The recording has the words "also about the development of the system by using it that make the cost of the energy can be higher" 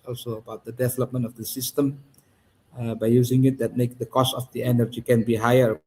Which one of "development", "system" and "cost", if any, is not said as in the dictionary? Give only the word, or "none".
none